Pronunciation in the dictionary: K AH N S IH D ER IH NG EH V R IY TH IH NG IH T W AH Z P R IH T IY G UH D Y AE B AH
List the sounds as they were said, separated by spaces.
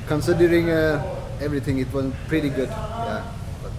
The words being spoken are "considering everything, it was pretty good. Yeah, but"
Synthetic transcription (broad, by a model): K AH N S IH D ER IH NG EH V R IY T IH NG IH T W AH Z P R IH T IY G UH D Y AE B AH